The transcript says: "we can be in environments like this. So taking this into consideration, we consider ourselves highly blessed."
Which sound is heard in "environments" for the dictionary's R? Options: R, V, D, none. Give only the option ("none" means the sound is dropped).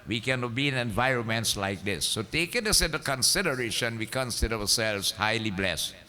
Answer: R